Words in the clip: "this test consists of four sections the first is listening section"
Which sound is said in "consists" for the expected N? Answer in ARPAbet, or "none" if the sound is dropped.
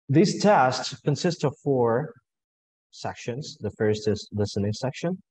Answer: N